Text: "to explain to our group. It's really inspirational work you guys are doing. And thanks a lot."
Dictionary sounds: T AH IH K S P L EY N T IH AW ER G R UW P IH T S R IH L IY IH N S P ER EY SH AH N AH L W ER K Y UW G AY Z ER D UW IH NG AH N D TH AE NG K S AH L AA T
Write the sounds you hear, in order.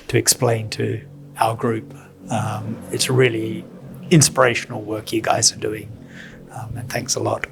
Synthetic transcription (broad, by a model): T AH IH K S P L EY N T IH AW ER G R UW P IH T S R IH L IY IH N S P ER EY SH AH N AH L W ER K Y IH G AY Z ER D UW IH NG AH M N TH AE NG K S AH L AA T